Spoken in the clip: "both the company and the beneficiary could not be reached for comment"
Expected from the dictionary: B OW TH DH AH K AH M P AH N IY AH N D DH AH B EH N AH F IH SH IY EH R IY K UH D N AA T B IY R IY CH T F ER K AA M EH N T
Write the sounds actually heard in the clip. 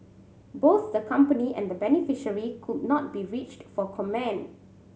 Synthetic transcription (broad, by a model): B OW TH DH AH K AH M P AH N IY AH N D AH B EH N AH F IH SH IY R IY K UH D N AA T B IY R IY CH T F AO K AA M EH N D